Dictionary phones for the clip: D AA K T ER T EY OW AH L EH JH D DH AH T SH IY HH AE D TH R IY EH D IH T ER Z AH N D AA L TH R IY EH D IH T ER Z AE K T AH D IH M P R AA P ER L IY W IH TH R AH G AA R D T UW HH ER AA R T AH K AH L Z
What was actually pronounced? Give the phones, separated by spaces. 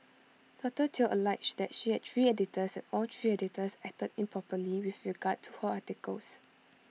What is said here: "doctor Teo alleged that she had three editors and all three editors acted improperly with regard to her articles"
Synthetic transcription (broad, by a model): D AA T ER T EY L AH L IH CH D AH T SH IY HH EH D T R IY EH D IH T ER S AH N AA L T R IY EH D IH T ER S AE T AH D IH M P R AA P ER L IY W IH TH R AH G AA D T UW HH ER AA T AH K AH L S